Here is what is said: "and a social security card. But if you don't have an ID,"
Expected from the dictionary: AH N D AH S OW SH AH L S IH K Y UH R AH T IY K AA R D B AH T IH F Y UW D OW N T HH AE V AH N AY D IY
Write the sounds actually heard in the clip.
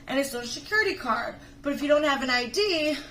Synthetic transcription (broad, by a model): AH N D AH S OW AH S IH K Y UH R AH T IY K AA R D B AH T IH F Y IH D OW N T HH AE V AH N AY D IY